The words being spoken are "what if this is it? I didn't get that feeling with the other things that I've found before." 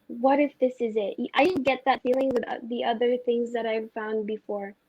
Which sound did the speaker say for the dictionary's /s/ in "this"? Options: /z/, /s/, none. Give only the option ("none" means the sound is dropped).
/s/